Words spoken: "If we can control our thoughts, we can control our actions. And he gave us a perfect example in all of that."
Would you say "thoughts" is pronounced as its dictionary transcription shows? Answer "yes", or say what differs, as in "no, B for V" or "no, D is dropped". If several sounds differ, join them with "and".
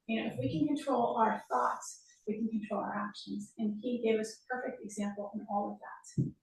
yes